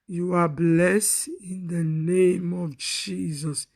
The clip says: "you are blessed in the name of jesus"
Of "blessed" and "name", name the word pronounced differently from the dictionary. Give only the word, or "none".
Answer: none